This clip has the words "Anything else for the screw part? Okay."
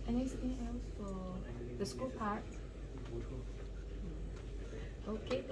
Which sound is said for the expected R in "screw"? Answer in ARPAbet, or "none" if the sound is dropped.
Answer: none